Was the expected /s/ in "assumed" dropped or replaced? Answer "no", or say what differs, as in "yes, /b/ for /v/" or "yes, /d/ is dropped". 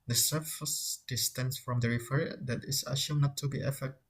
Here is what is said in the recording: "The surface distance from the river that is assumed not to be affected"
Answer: yes, /ʃ/ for /s/